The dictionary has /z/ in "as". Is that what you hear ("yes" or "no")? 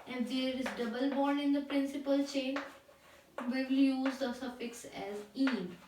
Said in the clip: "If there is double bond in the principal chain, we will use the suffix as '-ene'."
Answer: yes